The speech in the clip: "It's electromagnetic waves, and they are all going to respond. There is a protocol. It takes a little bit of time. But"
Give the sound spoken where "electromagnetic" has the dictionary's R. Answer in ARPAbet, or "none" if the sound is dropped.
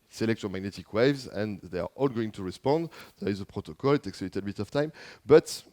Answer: none